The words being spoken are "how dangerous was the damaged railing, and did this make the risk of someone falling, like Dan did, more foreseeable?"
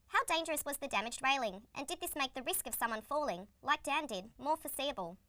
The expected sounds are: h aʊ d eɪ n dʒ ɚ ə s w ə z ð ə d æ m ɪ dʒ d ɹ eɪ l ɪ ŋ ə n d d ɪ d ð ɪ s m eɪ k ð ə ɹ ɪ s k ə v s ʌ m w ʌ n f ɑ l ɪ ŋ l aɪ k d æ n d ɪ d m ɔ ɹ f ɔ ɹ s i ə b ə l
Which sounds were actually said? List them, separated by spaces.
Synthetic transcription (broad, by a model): h aʊ d eɪ n dʒ ɚ ə s w ə z ð ə d æ m ɪ dʒ d ɹ eɪ l ɪ ŋ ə n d d ɪ d ð ɪ s m eɪ k ð ə ɹ ɪ s k ə v s ʌ m w ʌ n f ɑ l ɪ ŋ l aɪ k d æ n d ɪ d m ɔ ɹ f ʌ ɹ s i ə b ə l